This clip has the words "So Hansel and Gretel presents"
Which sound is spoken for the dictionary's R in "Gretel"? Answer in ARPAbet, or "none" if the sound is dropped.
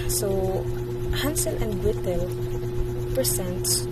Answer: W